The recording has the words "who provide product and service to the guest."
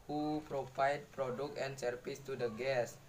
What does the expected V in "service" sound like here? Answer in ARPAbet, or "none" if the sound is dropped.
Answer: F